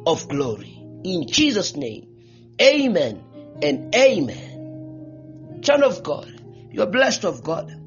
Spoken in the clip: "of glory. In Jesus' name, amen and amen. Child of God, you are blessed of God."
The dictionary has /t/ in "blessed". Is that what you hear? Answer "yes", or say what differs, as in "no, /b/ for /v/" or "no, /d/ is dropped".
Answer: yes